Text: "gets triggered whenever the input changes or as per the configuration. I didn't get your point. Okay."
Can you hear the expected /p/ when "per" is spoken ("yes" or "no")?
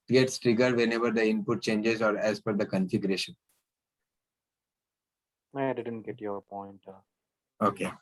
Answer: no